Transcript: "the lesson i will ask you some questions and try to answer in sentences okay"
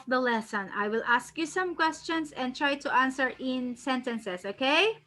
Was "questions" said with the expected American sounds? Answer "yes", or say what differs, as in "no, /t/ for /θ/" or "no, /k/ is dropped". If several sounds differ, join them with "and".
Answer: no, /s/ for /z/